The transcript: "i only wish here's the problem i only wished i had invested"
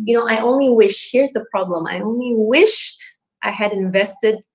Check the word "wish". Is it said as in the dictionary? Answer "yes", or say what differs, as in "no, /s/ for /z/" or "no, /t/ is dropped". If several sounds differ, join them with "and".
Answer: yes